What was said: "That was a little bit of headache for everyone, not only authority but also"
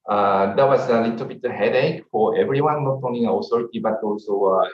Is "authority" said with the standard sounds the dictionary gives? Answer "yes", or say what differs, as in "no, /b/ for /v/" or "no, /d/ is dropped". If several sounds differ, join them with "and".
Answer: no, /s/ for /θ/